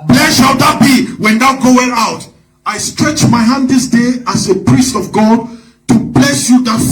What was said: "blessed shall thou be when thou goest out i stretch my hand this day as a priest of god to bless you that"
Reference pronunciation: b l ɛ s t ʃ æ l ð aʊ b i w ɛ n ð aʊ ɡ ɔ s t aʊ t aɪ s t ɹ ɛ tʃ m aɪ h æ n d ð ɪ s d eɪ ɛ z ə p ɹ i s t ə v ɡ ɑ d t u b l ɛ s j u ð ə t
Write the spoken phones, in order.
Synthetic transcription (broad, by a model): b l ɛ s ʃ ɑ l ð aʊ b i w ɛ n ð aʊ ɡ ɔ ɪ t aʊ t aɪ s t ɹ ɛ tʃ m aɪ h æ n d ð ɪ s d eɪ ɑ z ə p ɹ i s t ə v ɡ ɑ d t u b l ɛ s j u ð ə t